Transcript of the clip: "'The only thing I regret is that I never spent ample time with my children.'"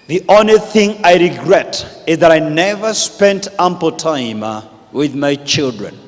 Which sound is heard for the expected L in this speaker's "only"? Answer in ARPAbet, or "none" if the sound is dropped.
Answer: none